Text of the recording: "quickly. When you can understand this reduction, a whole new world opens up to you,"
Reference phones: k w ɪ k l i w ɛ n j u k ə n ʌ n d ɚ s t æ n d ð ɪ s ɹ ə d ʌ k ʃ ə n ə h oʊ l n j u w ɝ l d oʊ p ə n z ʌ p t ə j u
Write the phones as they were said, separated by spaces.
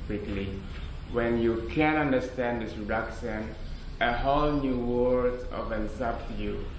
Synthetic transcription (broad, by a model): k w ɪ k l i w ɛ n j u k ə n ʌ n d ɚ s t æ n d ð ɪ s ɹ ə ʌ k s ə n ə h oʊ l n j u w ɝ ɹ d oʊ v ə n s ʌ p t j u